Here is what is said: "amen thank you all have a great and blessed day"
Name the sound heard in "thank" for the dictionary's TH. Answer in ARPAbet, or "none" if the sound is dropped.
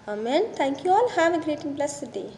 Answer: T